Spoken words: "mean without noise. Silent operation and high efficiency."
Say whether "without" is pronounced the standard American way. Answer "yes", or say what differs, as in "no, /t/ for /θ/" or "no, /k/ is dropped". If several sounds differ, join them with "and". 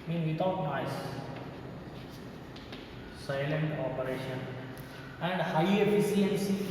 no, /t/ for /θ/